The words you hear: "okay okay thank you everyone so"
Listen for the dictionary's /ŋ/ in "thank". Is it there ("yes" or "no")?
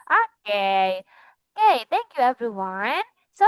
yes